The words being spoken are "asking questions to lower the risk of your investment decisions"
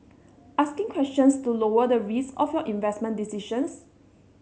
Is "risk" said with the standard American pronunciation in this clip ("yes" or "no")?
no